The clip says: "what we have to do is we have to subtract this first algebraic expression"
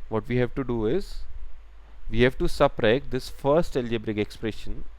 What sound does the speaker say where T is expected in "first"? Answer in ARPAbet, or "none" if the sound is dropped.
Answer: T